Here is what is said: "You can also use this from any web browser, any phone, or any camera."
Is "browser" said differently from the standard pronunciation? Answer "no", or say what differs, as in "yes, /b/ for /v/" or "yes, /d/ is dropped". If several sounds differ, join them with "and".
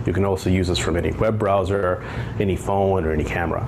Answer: no